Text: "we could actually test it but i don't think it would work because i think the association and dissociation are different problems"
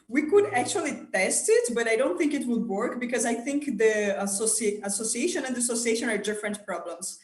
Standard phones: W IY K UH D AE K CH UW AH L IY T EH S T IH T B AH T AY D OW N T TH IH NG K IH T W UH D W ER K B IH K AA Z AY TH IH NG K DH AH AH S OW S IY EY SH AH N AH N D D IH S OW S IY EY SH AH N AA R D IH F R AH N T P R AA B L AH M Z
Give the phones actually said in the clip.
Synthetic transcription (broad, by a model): W IY K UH D AE K CH UW AH L IY T EH S T IH T B AH T AY D OW N T TH IH NG K IH T W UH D W ER K B IH K AA Z AY TH IH NG K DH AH AH S OW S IY EY SH AH N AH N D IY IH S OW S IY EY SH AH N AA R D IH F R AH N T P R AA B L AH M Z